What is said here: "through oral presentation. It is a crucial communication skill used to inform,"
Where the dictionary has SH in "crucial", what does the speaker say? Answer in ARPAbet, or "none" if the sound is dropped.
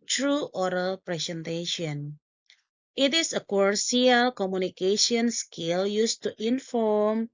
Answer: none